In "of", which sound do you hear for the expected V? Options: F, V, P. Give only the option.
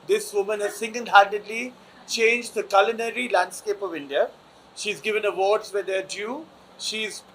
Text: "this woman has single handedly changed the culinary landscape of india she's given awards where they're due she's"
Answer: V